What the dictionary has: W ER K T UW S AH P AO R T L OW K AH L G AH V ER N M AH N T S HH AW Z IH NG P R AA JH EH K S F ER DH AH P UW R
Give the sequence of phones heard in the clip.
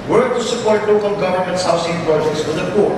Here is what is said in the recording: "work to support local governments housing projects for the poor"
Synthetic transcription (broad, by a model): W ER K T UW S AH P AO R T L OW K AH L G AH V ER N M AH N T S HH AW S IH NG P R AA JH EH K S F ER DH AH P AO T